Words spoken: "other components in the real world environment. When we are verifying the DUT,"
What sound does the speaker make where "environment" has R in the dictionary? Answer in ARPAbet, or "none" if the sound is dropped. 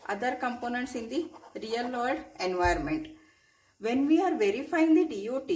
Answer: none